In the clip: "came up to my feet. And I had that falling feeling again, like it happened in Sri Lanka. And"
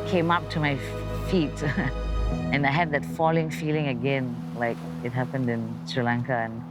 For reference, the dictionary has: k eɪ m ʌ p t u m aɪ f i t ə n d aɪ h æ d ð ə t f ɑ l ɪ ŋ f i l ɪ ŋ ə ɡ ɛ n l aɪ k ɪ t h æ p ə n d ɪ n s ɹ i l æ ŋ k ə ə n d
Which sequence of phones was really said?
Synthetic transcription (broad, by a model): k eɪ m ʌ p t u m aɪ f i t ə n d aɪ h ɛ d ð ə t f ɑ l ɪ ŋ f i l ɪ ŋ ə ɡ ɛ n l aɪ k ɪ t h æ p ə n d ɪ n s ɹ i l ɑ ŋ k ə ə n